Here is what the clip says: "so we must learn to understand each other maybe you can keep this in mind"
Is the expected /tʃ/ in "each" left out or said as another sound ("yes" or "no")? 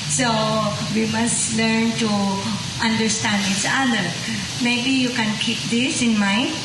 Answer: yes